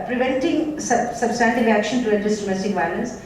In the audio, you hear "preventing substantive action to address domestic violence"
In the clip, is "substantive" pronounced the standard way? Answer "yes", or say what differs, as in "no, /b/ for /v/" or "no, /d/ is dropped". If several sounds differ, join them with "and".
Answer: no, /v/ is dropped